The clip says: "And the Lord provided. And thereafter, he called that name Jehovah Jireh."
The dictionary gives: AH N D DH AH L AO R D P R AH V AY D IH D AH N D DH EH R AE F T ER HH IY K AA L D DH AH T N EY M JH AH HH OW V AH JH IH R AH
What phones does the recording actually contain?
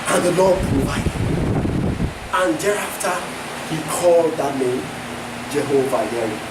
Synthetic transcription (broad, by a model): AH N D DH AH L AO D B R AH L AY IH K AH N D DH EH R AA F T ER HH IY K AA L D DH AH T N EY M JH AH HH OW V AH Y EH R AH